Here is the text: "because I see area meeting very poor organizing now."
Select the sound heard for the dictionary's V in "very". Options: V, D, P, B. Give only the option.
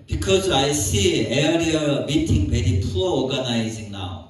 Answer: B